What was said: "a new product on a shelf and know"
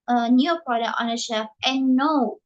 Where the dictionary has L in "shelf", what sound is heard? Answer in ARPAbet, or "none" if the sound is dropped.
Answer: none